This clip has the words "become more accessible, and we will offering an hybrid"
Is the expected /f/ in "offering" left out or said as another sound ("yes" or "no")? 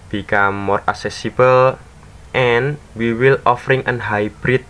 no